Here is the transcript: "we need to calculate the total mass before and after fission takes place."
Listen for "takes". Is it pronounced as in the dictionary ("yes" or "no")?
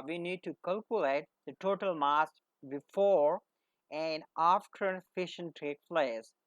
no